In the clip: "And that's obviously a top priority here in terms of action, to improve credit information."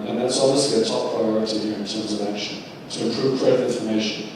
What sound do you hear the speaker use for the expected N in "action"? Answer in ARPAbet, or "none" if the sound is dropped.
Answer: N